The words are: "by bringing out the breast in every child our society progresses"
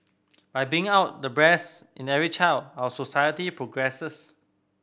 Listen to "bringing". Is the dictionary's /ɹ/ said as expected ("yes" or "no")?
no